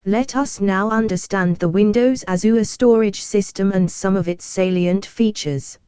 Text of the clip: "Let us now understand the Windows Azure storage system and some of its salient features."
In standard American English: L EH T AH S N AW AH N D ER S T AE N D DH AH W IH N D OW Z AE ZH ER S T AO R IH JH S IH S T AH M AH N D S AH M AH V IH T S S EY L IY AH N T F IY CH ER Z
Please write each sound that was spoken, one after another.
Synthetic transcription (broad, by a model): L EH T AH S N AW AH N D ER S T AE N DH AH W IH N D OW Z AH Z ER S T AO R IH JH S IH S T AH M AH N S AH M AH V IH T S S EY L IY AH N T F IY CH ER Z